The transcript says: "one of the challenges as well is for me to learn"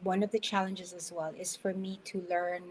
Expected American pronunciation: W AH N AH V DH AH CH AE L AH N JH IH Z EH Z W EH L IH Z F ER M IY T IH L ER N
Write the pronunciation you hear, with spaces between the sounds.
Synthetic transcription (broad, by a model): W AH N AH V DH AH CH AE L AH N JH IH Z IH Z W EH L IH Z F ER M IY T IH L ER N